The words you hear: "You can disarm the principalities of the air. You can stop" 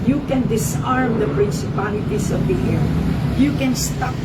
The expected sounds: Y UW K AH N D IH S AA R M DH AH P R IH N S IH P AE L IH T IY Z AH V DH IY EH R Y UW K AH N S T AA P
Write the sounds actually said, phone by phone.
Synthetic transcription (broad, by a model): Y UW K AH N D IH S AA R M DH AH P R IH N S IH P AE L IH T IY S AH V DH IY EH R Y UW K AH N S T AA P